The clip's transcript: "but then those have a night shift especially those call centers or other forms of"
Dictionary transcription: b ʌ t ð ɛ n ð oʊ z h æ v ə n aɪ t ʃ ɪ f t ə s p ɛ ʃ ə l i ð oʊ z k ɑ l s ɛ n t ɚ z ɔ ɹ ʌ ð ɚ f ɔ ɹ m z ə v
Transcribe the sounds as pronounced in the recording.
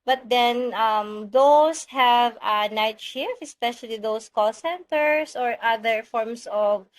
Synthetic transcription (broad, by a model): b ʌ t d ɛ n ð oʊ s h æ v ə n aɪ t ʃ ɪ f ə s p ɛ ʃ ə l i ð oʊ s k ɑ l s ɛ n t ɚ s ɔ ɹ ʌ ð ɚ f ɔ ɹ m s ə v